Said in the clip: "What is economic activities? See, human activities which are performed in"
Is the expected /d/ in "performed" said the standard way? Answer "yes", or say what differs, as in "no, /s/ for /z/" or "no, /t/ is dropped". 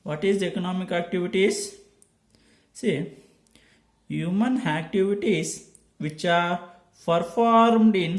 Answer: yes